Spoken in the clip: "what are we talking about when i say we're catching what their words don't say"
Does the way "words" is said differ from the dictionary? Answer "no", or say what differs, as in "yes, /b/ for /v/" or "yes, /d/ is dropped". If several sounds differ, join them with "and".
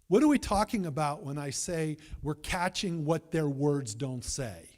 no